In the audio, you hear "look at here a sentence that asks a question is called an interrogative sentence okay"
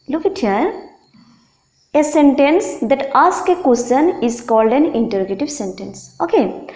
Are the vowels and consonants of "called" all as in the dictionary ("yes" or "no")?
yes